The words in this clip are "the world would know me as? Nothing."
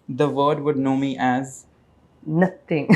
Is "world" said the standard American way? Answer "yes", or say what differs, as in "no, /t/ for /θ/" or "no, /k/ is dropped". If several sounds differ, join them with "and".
no, /l/ is dropped